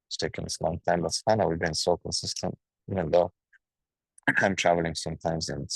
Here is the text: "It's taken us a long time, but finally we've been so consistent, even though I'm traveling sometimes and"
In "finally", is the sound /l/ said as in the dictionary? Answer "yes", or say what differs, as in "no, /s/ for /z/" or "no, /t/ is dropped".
no, /n/ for /l/